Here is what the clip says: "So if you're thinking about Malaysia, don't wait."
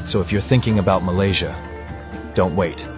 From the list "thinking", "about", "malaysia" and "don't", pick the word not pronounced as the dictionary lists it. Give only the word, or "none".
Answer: none